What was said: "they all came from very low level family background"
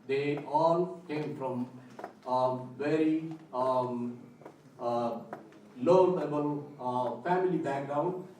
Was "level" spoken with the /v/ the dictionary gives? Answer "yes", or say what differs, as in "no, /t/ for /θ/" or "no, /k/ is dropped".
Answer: no, /b/ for /v/